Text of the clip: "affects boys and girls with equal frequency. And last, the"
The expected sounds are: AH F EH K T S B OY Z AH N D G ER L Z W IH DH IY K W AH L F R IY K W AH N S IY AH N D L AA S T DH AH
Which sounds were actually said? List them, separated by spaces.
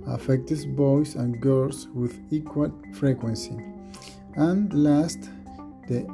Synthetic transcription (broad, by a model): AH F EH K T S B OY S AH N G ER L S W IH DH IY K W AH L F R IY K W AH N S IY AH N L AA S T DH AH